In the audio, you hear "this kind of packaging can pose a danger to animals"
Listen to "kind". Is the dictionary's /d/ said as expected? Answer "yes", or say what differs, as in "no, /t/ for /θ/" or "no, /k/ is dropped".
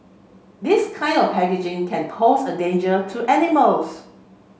yes